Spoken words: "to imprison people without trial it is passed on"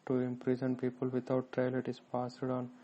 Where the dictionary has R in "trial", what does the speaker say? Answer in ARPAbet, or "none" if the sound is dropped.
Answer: R